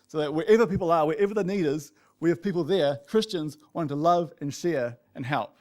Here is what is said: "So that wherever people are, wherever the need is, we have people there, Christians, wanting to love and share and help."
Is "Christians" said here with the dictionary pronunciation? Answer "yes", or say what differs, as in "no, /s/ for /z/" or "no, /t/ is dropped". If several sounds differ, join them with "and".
yes